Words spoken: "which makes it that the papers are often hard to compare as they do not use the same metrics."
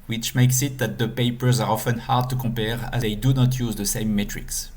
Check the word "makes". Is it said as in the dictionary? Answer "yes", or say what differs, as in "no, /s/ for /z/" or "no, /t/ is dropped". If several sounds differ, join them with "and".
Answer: yes